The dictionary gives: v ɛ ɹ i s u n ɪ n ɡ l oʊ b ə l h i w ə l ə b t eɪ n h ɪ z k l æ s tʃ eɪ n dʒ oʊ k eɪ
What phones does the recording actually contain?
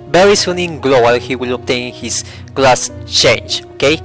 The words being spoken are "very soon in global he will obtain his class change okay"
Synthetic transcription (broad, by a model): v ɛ ɹ i s u n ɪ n ɡ l oʊ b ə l h i w ə l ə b t eɪ n h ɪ s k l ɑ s tʃ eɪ n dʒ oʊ k eɪ